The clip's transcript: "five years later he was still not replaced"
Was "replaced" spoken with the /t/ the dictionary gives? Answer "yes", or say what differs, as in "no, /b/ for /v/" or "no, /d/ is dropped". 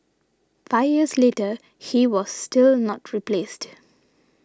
yes